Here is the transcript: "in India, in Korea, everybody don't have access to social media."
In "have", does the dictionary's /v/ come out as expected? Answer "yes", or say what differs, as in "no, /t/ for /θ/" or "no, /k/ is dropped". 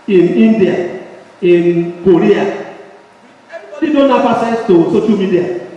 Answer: no, /f/ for /v/